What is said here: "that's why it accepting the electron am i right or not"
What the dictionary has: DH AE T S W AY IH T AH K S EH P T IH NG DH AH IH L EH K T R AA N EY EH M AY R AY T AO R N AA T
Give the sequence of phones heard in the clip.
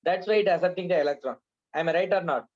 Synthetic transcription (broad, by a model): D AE T S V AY IH T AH S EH T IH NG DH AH IH L EH K T R AA N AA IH M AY R AY T AO R N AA T